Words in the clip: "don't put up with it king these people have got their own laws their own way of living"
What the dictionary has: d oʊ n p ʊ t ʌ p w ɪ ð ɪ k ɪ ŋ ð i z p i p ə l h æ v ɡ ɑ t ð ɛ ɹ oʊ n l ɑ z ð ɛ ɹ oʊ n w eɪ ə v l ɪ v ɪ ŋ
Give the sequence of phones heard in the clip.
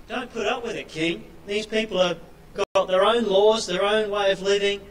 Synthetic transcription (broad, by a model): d oʊ n p ʊ t ʌ p w ɪ ð ɪ k ɪ ŋ ð i z p i p l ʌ v ɡ ɑ t ð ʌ ɹ oʊ n l ɑ z ð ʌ ɹ oʊ n w eɪ ə v l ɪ v ɪ ŋ